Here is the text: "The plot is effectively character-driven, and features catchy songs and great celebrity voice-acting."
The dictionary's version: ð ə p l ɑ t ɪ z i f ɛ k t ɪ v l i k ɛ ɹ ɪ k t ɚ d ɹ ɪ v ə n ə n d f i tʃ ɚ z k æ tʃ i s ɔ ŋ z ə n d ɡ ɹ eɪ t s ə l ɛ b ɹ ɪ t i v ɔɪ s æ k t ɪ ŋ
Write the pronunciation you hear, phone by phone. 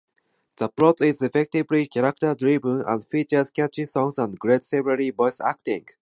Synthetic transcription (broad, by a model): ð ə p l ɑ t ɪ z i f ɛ k t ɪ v l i k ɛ ɹ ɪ k t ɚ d ɹ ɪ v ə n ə n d f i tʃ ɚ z k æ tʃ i s ɔ ŋ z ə n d ɡ ɹ eɪ t s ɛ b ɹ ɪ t i b ɔɪ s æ k t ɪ ŋ